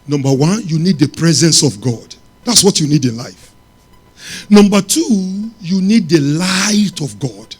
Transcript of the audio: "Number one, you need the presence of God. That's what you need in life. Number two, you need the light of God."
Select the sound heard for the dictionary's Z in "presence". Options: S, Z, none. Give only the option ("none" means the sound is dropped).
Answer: Z